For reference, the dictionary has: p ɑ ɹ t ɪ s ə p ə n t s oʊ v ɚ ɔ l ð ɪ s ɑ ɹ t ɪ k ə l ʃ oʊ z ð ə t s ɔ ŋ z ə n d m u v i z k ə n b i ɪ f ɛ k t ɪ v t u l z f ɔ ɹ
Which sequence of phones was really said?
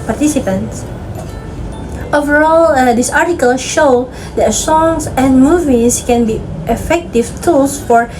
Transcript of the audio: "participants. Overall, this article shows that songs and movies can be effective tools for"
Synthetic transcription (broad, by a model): p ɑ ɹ t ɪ s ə p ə n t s oʊ v ɚ ɔ l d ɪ s ɑ ɹ t ɪ k ə l ʃ oʊ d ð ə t s ɔ ŋ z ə n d m u v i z k ə n b i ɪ f ɛ k t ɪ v t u l s f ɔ ɹ